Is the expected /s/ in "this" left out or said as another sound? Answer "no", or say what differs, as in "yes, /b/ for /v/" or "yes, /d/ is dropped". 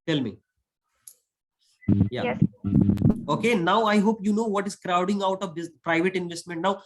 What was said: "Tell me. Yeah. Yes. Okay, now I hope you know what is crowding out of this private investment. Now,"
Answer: yes, /s/ is dropped